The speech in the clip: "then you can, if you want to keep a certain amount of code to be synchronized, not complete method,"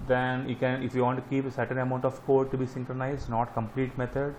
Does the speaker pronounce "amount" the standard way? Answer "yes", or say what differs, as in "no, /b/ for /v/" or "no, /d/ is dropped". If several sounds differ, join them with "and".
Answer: yes